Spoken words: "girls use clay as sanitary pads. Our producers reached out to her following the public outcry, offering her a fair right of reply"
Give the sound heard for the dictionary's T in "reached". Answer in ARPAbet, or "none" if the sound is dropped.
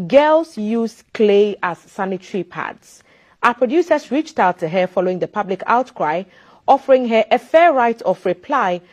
T